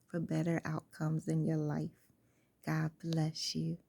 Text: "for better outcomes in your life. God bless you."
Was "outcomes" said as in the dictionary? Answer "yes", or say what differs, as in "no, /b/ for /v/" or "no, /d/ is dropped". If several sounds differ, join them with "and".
yes